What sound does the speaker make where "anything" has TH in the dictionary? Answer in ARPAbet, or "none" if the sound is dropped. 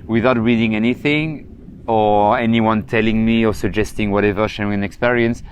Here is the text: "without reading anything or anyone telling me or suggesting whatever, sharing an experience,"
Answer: TH